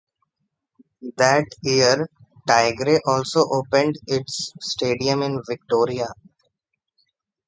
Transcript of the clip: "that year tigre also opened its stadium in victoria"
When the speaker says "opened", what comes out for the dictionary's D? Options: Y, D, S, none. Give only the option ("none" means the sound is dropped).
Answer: D